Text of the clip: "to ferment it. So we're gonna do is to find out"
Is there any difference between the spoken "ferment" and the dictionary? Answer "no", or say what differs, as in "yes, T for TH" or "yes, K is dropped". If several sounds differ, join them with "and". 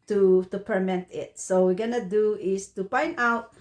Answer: yes, P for F